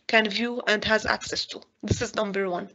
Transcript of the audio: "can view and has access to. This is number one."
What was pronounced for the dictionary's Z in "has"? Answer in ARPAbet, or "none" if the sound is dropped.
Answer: Z